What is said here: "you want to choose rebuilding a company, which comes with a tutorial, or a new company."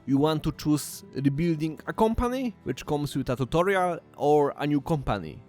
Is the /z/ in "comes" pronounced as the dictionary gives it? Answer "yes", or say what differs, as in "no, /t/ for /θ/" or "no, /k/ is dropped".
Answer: no, /s/ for /z/